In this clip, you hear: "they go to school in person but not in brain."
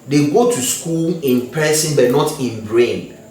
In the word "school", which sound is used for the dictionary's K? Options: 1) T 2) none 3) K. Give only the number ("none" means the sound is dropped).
3